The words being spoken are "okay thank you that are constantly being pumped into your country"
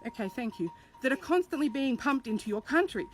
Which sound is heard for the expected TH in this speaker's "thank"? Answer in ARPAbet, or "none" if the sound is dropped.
TH